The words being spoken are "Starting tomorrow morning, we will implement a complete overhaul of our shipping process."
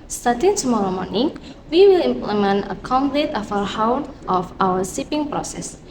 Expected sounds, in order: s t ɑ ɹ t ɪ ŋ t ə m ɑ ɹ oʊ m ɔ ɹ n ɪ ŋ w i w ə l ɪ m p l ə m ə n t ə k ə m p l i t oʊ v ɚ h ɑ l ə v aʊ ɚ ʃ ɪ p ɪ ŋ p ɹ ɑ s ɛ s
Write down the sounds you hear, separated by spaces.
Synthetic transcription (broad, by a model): s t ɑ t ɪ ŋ t ə m ɑ ɹ oʊ m ɔ ɹ n ɪ ŋ w i w ə l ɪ m p l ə m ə n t ə k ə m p l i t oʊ f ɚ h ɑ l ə f aʊ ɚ s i p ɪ ŋ p ɹ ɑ s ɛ s